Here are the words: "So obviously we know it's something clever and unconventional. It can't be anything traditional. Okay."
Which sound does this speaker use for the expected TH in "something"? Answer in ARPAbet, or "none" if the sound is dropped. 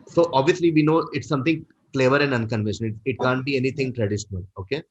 T